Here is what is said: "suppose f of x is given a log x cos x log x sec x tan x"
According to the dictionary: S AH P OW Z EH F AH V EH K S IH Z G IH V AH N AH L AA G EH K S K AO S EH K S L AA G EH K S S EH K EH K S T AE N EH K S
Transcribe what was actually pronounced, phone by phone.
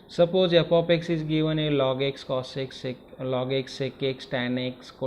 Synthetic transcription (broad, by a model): S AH P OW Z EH P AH P EH K S IH Z G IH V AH N AH L AA G EH K S K AO S EH K S L AA G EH K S S EH K EH K S T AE N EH K S